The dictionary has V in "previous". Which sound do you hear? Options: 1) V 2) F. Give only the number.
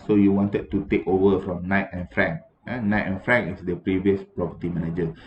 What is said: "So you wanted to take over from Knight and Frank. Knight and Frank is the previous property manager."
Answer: 1